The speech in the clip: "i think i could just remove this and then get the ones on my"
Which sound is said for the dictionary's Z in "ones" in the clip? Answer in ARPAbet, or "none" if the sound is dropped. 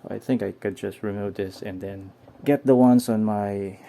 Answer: S